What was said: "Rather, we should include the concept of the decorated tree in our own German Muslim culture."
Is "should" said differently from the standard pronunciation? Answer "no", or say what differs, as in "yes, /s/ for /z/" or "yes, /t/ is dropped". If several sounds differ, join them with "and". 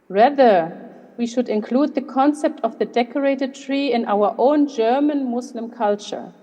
no